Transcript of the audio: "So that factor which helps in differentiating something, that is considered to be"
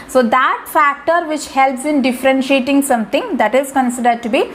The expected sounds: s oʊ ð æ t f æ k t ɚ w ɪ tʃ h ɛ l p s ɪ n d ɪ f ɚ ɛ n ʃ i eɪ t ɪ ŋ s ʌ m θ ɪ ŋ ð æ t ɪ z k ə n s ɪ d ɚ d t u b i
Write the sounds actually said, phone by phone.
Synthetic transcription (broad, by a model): s oʊ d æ t f æ k t ɚ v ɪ tʃ h ɛ l p s ɪ n d ɪ f ɚ ɛ n ʃ i eɪ t ɪ ŋ s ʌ m t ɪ ŋ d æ t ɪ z k ə n s ɪ d ɚ d t u b i